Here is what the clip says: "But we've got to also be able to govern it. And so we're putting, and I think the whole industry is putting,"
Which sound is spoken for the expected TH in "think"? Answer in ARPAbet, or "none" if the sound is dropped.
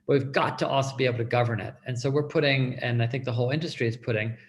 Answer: TH